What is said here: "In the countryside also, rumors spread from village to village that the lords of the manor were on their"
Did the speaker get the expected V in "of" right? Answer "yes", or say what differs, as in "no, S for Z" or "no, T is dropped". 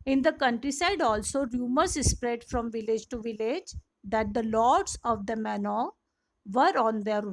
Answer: yes